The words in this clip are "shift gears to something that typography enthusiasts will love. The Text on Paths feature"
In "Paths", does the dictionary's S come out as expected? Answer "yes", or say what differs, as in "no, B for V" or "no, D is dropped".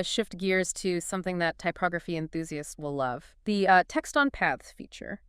no, S is dropped